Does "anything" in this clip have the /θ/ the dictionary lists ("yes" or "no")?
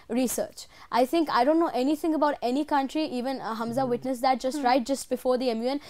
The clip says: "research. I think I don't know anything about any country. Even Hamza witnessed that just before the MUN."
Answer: no